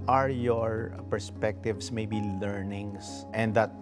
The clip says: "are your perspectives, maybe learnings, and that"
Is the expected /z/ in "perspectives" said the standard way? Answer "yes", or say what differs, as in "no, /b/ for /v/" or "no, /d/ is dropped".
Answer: no, /s/ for /z/